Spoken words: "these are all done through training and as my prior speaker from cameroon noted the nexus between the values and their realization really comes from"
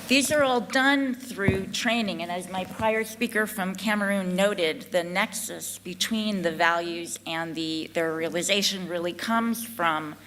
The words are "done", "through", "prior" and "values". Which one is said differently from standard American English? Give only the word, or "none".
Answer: none